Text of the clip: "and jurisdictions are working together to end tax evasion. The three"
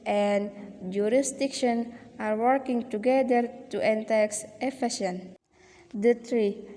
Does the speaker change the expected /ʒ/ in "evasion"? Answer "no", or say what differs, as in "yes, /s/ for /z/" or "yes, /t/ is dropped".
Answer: yes, /s/ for /ʒ/